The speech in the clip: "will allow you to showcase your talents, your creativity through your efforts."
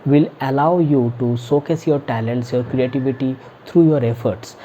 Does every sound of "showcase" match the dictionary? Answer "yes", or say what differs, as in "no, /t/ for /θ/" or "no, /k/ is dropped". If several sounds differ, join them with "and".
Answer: no, /s/ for /ʃ/